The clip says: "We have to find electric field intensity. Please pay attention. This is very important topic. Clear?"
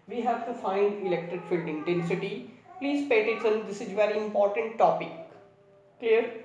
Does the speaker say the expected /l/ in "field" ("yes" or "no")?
yes